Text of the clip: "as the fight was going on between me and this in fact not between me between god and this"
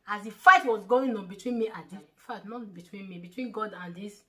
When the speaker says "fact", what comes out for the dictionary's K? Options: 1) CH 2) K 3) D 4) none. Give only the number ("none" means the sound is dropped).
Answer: 4